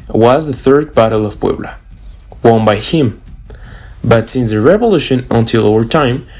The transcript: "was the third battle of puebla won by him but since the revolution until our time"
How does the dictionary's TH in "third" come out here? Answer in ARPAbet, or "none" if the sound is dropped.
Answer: TH